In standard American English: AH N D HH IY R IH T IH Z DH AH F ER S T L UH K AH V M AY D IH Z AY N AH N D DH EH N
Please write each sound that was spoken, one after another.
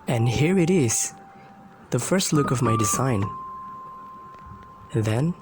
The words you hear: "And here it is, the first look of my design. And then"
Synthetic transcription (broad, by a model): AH N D HH IY R IH T IH Z DH AH F ER S T L UH K AH V M AY D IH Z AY AH N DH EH N